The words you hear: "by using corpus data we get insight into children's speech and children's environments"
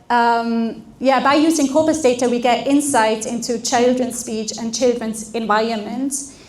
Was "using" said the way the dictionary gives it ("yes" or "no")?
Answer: yes